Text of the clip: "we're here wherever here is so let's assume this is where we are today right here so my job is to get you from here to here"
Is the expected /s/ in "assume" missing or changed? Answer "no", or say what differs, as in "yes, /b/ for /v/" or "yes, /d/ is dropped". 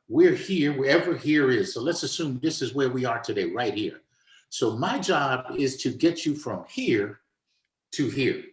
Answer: no